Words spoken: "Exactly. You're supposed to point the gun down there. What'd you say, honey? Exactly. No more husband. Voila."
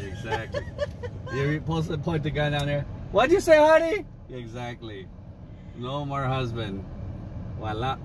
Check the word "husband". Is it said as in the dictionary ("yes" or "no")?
yes